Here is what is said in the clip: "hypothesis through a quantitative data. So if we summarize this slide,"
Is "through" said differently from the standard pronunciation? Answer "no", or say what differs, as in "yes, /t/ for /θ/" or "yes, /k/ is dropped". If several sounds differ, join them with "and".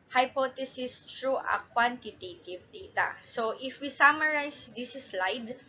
yes, /t/ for /θ/